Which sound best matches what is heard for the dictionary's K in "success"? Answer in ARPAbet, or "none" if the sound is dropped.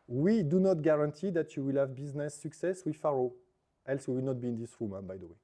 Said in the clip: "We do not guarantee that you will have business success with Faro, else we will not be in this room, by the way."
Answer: K